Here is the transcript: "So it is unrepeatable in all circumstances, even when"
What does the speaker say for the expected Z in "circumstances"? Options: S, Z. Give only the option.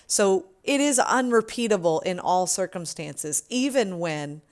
Z